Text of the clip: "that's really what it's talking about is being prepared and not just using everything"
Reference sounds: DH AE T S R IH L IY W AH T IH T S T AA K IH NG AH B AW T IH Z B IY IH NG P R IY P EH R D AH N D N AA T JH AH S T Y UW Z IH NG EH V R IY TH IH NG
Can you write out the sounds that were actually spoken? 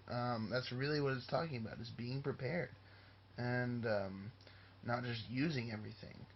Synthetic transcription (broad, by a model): DH AE T S R IH L IY W AH T IH T S T AA K IH NG AH B AW T IH Z B IY IH NG P R IY P EH R D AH N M N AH T JH AH S T Y UW Z IH NG EH V R IY TH IH NG